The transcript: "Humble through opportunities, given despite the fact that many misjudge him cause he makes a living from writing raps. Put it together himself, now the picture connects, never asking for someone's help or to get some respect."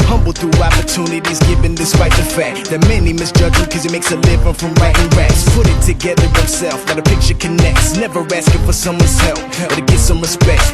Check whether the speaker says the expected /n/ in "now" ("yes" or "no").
no